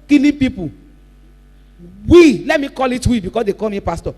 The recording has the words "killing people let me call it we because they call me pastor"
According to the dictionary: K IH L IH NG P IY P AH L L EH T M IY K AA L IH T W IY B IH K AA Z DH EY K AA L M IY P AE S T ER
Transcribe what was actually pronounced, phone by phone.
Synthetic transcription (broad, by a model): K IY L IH P IY P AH W L EH T M IY K AA L IH T W IY B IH K AA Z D EY K AA L M IY P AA S T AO